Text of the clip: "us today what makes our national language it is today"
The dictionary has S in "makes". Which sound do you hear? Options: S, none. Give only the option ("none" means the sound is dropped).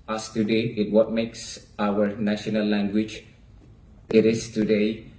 S